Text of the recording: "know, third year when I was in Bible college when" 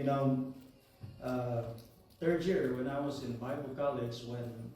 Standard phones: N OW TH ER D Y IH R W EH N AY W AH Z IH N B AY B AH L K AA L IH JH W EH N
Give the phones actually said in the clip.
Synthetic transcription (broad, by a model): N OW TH ER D Y IH R W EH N AY W AH Z IH N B AY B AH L K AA L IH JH W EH N